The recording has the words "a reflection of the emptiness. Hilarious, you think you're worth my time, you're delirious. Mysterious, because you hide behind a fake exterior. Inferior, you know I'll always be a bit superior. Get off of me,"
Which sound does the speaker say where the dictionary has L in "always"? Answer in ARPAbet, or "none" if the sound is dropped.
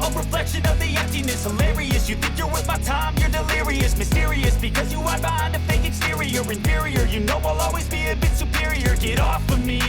L